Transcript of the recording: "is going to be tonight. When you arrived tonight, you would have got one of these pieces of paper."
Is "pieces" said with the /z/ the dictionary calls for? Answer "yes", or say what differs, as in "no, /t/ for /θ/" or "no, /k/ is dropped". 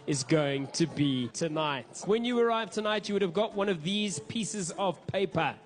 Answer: yes